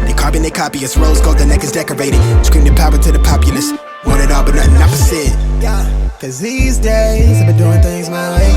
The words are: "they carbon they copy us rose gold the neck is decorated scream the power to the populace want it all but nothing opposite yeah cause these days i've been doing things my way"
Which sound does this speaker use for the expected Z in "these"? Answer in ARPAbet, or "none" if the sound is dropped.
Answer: Z